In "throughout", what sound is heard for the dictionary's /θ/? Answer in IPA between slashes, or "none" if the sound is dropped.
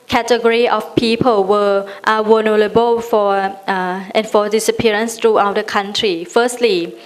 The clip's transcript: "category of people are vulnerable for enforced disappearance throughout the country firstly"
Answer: /t/